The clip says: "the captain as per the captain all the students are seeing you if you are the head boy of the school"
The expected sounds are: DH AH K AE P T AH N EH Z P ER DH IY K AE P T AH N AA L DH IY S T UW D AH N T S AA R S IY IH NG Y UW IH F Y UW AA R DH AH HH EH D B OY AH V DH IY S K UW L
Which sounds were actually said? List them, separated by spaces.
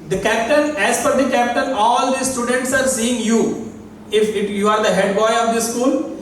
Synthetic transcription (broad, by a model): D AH K AE P T AH N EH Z F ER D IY K AE P T AH N AA L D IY S T UW D AH N T S AA R S IY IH NG Y UW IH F Y UW AA R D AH HH EH D B OY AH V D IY S K UW L